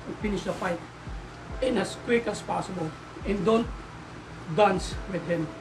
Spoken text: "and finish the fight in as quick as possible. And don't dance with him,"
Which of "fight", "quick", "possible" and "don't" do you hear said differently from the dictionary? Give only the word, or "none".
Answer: none